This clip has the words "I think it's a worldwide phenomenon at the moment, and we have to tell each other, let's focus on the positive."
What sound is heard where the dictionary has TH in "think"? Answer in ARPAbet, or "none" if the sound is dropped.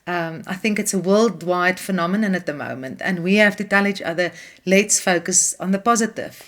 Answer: TH